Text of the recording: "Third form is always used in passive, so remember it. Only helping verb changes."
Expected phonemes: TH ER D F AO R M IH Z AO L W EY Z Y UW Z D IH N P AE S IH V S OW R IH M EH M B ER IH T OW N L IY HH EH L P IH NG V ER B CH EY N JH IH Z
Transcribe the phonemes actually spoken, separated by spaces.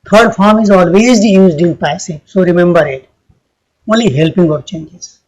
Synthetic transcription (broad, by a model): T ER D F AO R M IH Z AO L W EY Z Y UW Z D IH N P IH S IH P S OW R IH M EH M B ER IH T OW N L IY HH EH L P IH NG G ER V CH EY N JH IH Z